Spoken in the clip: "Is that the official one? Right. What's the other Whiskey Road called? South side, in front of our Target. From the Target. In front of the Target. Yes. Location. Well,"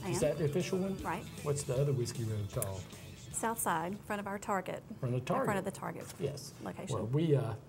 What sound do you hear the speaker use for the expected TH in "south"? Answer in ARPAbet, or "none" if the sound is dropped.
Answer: TH